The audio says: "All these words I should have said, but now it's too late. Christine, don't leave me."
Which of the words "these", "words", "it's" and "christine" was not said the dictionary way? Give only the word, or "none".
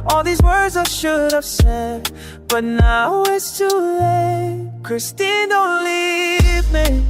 none